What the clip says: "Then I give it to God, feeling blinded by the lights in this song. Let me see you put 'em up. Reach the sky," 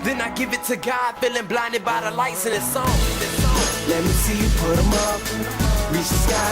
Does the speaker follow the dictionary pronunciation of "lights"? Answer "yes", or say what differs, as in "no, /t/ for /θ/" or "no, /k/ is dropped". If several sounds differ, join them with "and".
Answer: yes